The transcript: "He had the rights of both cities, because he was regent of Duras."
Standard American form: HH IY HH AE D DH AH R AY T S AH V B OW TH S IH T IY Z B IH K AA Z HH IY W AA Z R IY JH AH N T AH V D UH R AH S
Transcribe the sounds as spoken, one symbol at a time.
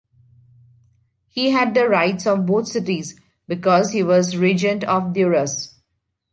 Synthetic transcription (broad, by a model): HH IY HH AE D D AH R AY T S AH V B OW T S IH T IY Z B IH K AA Z HH IY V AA Z R IY JH AH N T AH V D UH R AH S